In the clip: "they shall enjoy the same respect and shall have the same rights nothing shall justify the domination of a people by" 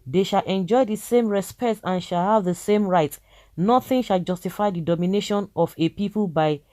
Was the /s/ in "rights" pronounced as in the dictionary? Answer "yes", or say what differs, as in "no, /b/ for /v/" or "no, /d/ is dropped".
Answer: no, /s/ is dropped